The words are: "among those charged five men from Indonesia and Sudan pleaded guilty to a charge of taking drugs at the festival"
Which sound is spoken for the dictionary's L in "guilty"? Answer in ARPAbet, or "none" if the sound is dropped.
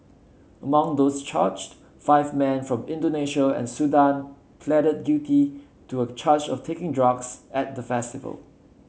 none